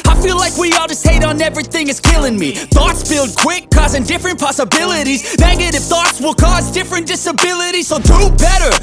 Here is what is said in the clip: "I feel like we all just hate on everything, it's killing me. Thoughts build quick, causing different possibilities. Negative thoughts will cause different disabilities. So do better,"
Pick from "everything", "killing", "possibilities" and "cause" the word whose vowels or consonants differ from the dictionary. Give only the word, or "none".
none